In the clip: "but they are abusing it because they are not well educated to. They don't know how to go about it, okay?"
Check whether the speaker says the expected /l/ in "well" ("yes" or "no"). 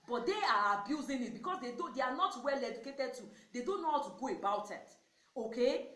yes